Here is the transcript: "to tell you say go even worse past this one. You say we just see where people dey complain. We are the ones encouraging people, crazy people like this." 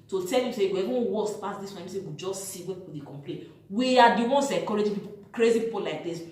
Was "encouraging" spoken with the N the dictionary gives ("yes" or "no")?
no